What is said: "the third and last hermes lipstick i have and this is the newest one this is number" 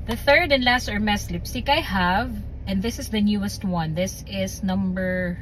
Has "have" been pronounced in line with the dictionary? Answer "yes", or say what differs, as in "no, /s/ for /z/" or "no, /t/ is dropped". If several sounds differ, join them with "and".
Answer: yes